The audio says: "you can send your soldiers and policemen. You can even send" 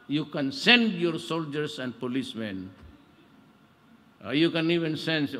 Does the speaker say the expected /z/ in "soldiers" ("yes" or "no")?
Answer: no